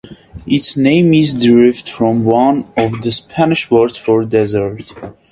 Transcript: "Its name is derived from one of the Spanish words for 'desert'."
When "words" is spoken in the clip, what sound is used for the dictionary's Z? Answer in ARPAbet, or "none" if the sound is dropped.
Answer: none